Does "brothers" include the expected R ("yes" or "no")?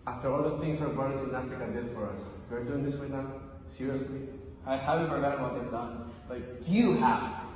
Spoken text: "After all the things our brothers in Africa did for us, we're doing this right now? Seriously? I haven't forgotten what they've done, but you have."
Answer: no